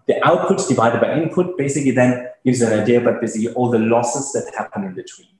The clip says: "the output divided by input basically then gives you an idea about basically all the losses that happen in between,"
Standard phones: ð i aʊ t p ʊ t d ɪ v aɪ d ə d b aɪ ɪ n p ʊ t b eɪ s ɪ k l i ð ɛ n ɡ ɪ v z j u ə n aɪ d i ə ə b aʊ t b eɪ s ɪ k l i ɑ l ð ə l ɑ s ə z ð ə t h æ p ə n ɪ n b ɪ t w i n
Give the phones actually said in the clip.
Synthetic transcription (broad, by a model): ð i aʊ t p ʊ t d ɪ v aɪ d ə d b aɪ ɪ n p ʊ t b eɪ s ɪ k l i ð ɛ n ɡ ɪ v z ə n aɪ d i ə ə b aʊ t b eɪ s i ɑ l ð ə l ɑ s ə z ð ə t h æ p ə n ɪ n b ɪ t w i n